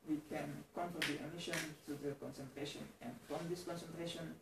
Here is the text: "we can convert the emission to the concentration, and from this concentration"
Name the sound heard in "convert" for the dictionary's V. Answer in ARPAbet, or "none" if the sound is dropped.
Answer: F